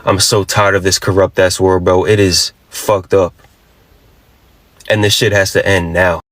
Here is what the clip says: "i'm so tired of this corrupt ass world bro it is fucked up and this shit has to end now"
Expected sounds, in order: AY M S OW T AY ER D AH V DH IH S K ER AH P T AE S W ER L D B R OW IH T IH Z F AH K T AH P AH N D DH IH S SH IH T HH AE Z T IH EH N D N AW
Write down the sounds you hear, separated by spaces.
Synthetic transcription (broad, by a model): AY M S OW T AY ER D AH V DH IH S K ER AH P T AE S W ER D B OW IH T IH Z F AH K T AH P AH N DH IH SH IH T HH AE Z T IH EH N N AW